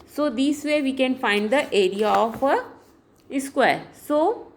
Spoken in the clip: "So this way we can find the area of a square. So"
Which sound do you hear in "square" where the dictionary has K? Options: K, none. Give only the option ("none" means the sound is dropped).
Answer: K